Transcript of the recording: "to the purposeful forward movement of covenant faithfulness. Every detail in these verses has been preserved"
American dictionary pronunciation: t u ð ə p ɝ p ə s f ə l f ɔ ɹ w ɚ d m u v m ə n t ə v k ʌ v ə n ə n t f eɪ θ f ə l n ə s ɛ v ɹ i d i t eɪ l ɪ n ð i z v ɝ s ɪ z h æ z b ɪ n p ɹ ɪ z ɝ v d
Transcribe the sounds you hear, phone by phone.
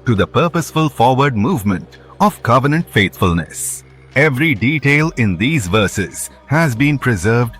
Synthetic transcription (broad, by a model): t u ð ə p ɝ p ə s f ə l f ɔ ɹ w ɚ d m u v m ə n t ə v k ʌ v ə n ə n t f eɪ t f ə l n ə s ɛ v ɹ i d i t eɪ l ɪ n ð i z v ɝ s ɪ z h æ z b ɪ n p ɹ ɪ z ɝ v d